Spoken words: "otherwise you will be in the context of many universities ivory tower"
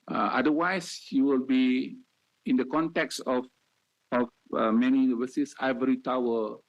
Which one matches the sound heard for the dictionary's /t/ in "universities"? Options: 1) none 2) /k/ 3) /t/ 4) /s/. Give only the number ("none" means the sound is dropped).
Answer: 4